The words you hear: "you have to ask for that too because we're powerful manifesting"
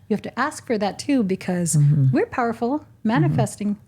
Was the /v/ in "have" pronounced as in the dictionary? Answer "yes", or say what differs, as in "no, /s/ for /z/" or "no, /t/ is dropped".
no, /f/ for /v/